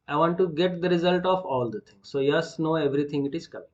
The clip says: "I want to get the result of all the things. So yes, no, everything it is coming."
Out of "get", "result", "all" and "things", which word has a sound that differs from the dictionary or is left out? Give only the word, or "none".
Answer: things